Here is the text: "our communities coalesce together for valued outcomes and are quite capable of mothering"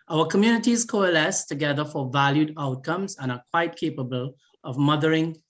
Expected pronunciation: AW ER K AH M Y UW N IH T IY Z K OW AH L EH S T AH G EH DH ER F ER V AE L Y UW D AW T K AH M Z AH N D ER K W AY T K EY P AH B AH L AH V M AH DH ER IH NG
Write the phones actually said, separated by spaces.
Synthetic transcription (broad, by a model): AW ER K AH M Y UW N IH T IY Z K OW AH L EH S T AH G EH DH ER F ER V AE L Y UW D AW T K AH M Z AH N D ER K W AY T K EY P AH B AH L AH V M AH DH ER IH NG